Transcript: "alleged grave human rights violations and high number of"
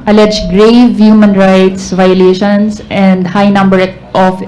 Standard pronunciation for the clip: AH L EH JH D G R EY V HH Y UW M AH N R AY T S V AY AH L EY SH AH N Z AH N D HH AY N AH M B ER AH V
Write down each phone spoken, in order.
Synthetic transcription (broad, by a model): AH L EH JH G R EY V HH Y UW M AH N R AY T S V AY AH L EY SH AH N S AH N D HH AY N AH M B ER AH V